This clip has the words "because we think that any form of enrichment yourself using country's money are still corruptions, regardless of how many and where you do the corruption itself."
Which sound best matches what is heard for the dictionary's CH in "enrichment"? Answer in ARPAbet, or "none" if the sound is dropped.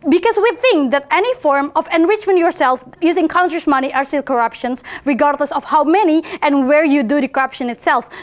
CH